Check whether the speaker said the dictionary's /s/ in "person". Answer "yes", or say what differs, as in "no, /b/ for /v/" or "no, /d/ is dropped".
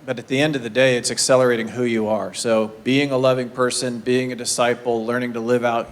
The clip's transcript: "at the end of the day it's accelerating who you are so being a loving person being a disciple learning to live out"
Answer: yes